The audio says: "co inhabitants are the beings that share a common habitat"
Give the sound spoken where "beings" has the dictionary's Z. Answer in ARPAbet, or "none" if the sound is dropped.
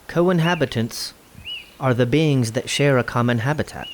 Z